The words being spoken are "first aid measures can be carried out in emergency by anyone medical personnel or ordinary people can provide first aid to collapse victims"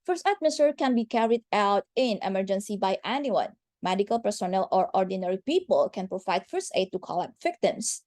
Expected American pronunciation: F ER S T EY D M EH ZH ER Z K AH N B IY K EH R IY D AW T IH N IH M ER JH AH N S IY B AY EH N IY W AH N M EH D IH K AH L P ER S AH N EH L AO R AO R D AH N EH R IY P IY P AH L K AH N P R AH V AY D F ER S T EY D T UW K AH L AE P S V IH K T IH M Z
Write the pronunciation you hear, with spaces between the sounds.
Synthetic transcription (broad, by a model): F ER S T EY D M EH S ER K AH N B IY K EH R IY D AW T IH N IH M ER JH AH N S IY B AY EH N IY W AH N M EH D IH K AH L P ER S AH N EH L AO R AO R D AH N EH R IY P IY P AH L K AH N P R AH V AY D F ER S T EY D T UW K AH L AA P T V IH K T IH M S